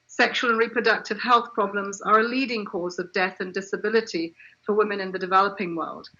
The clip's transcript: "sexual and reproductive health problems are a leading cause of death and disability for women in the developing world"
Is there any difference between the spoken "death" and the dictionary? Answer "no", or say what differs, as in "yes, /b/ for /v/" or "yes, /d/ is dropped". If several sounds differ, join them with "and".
no